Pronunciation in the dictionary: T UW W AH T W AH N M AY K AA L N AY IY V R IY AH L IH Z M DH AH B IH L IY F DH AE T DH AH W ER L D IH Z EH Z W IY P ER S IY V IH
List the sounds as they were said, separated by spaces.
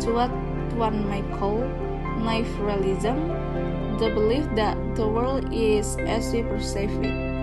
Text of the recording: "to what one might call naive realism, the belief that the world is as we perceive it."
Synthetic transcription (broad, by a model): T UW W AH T W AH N M AY K AA L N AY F R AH L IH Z M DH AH B IH L IY F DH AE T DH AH W ER L D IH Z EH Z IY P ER S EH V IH